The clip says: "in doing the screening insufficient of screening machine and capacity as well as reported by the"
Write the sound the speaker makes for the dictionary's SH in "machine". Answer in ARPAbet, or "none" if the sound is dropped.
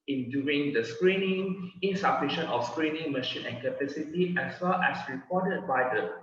SH